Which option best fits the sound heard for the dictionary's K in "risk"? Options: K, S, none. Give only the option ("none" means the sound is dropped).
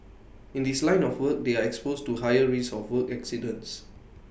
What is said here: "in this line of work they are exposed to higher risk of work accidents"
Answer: none